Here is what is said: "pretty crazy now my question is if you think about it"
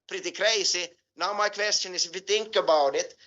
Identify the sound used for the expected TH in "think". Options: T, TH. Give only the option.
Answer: T